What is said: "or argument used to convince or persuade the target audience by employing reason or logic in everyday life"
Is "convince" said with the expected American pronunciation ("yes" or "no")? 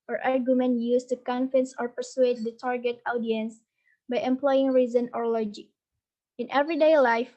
no